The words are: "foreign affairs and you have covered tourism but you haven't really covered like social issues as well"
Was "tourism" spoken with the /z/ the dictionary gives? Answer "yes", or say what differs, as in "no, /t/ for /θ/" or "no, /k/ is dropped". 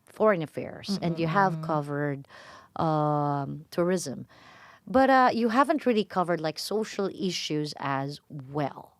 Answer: yes